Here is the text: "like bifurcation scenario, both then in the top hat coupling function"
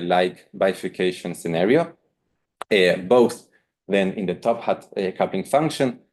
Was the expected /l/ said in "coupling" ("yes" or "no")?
no